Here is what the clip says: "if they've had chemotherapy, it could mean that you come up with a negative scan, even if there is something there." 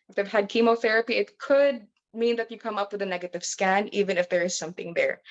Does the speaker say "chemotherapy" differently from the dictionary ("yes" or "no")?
no